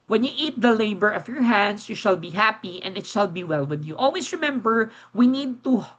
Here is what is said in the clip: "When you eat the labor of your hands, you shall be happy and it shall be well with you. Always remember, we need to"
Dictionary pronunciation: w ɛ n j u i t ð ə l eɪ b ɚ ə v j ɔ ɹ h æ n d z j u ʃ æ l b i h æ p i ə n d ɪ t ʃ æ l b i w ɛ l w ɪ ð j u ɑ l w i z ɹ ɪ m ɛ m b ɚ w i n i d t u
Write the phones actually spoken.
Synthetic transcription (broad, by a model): w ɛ n j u i t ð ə l eɪ b ɚ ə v j ɔ ɹ h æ n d s j u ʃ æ l b i h æ p i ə n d ɪ t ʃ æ l b i w ɛ l w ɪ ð j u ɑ l w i s ɹ ɪ m ɛ m b ɚ w i n i d t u